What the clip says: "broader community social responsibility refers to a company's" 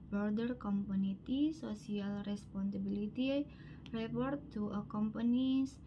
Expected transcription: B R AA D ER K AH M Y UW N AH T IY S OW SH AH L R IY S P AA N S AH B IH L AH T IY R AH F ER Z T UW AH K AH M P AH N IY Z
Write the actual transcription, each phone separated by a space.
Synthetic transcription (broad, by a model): B R D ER K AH M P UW N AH T IY S OW S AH L R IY S P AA N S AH B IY L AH T IY R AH P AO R T UW AH K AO M P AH N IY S